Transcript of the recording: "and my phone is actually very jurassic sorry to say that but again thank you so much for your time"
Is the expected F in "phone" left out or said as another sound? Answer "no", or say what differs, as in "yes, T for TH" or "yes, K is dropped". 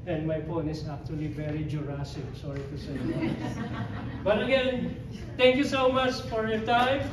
yes, P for F